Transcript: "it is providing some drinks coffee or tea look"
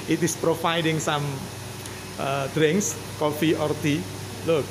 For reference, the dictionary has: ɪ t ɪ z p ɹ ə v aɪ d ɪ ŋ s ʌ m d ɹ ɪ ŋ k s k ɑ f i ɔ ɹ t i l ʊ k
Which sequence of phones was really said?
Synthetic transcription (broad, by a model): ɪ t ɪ s p ɹ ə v aɪ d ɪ ŋ s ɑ m d ɹ ɪ ŋ k s k ɑ f i ɔ ɹ t i l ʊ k